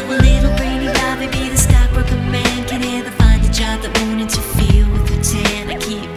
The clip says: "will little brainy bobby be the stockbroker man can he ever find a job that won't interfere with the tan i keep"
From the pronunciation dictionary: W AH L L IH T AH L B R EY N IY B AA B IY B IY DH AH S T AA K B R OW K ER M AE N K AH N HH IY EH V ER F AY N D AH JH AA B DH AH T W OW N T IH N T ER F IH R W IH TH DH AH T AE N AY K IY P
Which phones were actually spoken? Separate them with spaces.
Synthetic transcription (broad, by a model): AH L L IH T L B R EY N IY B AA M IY B IY DH AH S T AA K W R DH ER M AE N K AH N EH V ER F AY N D AH JH AA B DH AH T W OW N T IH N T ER F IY L W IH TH DH AH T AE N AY K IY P